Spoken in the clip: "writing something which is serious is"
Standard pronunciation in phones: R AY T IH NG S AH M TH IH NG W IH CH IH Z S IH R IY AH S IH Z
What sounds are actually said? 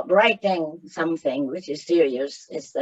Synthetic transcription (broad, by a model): R AY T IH NG S AH M TH IH NG W IH CH IH Z S IH R IY AH S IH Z